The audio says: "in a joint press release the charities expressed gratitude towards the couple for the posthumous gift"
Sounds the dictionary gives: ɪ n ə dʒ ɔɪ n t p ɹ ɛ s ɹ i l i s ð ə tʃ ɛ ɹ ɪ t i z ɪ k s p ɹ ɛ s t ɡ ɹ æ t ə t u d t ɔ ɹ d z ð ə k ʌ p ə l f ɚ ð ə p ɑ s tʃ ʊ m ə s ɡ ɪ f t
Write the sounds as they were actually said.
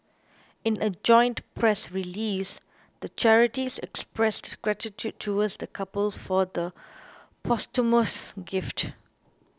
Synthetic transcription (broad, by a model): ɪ n ə dʒ ɔɪ n t p ɹ ɛ s ɹ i l i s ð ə tʃ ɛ ɹ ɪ t i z ɪ k s p ɹ ɛ s t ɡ ɹ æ t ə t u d t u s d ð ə k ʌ p ə l f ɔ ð ə p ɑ s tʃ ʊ m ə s ɡ ɪ f t